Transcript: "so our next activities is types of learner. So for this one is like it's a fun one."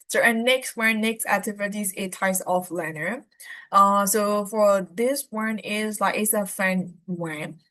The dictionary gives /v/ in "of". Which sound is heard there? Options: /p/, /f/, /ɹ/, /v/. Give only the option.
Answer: /f/